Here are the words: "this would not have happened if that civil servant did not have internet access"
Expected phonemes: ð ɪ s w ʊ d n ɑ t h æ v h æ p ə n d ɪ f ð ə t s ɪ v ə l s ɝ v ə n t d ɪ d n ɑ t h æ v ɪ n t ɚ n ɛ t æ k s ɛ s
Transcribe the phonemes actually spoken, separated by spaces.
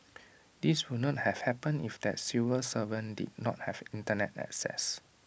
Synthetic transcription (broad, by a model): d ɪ s w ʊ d n ɑ t h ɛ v h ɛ p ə n ɪ f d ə t s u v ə s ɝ v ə n d ɪ d n ɑ t h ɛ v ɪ n t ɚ n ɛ t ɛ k s ɛ s